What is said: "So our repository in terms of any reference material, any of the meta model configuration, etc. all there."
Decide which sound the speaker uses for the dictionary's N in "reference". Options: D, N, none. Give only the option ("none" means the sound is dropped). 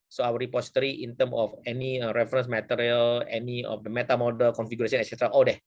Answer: N